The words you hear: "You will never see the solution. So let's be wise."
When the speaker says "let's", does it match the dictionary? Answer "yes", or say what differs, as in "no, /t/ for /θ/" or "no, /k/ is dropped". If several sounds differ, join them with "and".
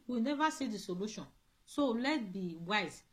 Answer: no, /s/ is dropped